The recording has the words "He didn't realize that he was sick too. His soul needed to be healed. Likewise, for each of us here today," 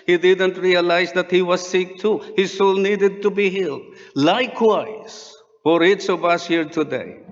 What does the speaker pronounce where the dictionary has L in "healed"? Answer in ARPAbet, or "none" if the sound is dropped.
L